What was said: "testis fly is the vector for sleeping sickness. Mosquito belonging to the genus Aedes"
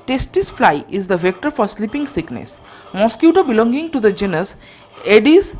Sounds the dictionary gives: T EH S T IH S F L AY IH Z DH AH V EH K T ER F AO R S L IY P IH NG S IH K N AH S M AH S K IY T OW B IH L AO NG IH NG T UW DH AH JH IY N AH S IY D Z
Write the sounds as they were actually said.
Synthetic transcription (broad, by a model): T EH S T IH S F L AY IH Z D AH V EH K T ER F AO R S L IY P IH NG S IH K N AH S M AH S K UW T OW B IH L AO NG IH NG T UW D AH JH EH N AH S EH D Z